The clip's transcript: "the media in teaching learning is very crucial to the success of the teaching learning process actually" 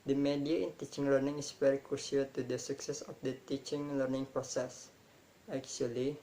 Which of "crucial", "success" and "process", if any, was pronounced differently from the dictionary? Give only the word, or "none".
crucial